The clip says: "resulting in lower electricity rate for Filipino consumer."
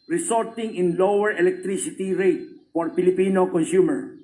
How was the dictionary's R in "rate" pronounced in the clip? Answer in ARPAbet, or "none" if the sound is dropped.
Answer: R